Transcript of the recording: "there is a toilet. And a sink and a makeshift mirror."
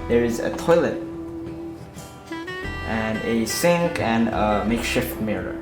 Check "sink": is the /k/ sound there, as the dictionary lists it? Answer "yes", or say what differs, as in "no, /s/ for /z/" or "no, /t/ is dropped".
yes